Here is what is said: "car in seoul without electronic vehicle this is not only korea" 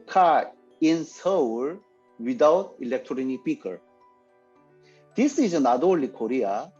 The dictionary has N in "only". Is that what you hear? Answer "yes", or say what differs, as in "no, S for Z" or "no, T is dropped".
no, N is dropped